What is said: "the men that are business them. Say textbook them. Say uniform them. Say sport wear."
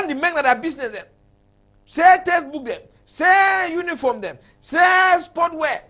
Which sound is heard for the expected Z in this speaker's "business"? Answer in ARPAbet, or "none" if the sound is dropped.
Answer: S